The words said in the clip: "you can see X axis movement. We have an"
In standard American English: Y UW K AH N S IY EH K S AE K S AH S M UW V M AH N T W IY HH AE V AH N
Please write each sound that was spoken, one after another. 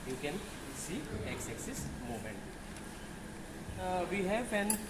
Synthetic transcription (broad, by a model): Y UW K AH N S IY EH K S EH K S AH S M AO M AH N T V IY HH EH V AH N